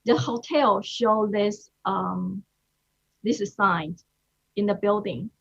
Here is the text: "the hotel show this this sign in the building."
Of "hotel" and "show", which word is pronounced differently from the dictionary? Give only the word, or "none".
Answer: none